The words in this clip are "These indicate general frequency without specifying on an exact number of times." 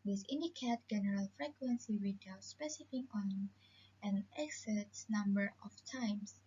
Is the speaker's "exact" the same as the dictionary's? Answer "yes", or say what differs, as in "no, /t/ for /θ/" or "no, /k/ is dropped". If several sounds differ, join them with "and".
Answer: no, /k/ is dropped